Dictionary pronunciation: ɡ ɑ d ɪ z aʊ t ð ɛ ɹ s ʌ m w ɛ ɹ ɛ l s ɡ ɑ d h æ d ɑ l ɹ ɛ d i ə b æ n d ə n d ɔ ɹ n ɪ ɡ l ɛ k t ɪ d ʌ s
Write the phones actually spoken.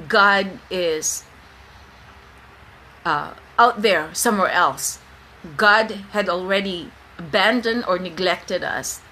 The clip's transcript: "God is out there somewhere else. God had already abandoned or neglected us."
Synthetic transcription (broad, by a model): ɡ ɑ d ɪ z aʊ t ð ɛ ɹ s ʌ m w ɛ ɹ ɛ l s ɡ ɑ d h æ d ɑ l ɹ ɛ d i ə b æ n d ə n d ɔ ɹ n ɪ ɡ l ɛ k t ɪ d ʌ s